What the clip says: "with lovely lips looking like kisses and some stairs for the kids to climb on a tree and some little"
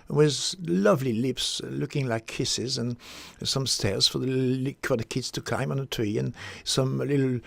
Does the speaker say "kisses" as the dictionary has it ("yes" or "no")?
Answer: yes